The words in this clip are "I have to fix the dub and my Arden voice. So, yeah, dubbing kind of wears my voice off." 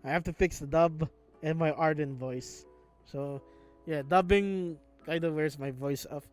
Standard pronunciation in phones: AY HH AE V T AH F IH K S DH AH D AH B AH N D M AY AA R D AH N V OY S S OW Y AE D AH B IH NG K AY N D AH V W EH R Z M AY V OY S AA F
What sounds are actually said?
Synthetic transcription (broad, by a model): AY HH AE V T AH F IH K S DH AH D AH B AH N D M AY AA R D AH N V OY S S OW Y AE D AH B IH NG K AY D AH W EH R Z M AY V OY S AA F